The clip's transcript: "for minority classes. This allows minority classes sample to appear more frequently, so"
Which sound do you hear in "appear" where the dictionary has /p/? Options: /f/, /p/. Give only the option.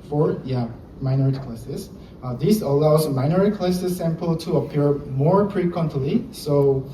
/p/